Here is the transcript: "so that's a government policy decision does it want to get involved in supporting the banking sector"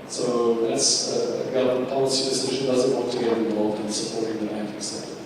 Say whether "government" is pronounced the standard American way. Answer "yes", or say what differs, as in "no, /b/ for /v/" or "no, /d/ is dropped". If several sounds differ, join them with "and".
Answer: no, /m/ is dropped